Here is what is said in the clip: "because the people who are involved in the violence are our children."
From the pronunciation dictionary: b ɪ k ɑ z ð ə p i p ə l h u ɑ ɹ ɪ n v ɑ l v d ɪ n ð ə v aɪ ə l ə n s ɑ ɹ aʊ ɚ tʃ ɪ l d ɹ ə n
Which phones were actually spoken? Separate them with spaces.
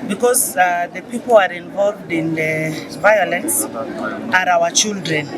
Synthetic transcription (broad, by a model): b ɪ k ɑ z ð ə p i p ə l ɑ ɹ ɪ n v ɑ l v d ɪ n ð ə v aɪ ə l ə n s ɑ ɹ aʊ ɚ tʃ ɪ l d ɹ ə n